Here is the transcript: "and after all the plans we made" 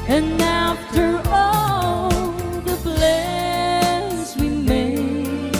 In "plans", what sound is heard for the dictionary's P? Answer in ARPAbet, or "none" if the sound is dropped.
B